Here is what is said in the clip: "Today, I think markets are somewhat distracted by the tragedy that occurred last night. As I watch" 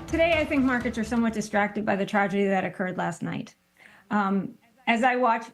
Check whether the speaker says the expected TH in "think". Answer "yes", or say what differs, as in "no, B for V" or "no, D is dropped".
yes